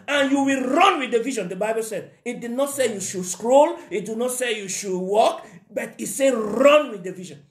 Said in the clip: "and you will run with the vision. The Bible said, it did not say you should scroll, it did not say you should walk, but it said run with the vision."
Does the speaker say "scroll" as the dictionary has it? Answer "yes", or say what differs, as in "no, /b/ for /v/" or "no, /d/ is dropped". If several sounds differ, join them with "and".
yes